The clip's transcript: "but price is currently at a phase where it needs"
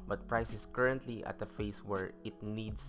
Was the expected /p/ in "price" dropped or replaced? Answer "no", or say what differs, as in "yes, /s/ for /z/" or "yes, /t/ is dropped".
no